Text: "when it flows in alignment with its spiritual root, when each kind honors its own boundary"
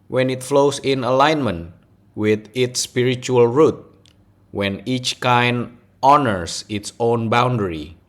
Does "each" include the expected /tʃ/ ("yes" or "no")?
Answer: yes